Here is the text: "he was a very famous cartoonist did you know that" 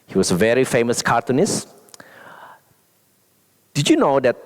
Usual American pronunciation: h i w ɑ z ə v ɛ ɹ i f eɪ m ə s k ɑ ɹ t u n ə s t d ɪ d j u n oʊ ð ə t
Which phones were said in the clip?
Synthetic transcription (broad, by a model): h i w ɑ s ə v ɛ ɹ i f eɪ m ə s k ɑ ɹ t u n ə s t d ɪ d j u n oʊ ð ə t